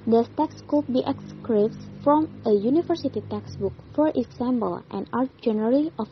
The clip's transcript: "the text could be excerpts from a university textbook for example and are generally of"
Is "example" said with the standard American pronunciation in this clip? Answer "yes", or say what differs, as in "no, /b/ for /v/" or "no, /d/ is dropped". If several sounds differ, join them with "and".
no, /b/ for /p/